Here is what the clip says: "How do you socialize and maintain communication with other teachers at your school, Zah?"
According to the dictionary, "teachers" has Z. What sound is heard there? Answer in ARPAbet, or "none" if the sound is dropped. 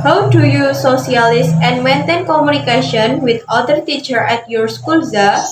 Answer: none